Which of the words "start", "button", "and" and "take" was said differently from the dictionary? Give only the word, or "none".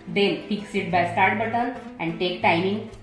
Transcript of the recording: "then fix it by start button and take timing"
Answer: button